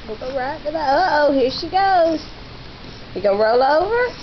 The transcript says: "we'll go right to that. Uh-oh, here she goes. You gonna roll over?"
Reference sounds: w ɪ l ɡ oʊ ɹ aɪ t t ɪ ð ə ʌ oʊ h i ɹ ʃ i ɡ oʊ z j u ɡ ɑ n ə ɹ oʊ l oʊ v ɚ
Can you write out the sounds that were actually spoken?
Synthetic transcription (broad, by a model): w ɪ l ɡ oʊ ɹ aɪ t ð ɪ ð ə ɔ oʊ h i ɹ ʃ i ɡ oʊ z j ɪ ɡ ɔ ə ɹ oʊ l oʊ v ɚ